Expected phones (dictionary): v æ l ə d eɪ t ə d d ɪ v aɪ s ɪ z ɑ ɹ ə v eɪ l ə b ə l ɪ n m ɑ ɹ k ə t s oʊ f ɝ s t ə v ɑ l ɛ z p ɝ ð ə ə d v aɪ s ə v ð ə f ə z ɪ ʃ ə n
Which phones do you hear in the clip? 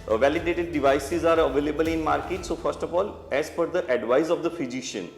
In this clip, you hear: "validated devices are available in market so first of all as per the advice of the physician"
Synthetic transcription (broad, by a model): v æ l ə d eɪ t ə d d ɪ v aɪ s ɪ z ɑ ɹ ə v eɪ l ə b ə l ɪ n m ɑ ɹ k ə t s oʊ f ɝ s t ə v ɑ l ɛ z f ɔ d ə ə d v aɪ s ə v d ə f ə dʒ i ʃ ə n